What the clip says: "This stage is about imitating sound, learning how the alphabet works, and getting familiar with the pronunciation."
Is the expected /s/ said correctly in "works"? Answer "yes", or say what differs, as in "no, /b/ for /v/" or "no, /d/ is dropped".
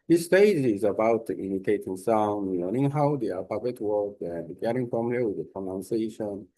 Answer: no, /s/ is dropped